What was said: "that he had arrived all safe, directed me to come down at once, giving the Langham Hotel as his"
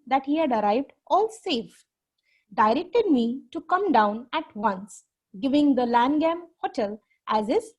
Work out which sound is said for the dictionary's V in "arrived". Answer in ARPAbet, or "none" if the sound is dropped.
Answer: V